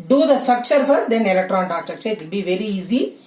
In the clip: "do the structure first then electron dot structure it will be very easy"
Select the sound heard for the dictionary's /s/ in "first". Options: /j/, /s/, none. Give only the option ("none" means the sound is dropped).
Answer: none